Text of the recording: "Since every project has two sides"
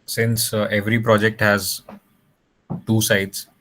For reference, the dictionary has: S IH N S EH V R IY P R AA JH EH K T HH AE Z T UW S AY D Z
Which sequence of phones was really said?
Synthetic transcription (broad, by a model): S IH N S EH V R IY P R AA JH EH K T HH AE Z T UW S AY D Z